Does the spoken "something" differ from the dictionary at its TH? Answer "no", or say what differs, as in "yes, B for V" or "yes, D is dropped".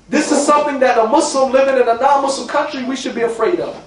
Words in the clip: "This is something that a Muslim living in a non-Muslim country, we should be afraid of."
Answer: no